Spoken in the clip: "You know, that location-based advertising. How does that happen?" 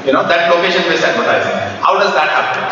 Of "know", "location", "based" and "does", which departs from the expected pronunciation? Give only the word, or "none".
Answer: based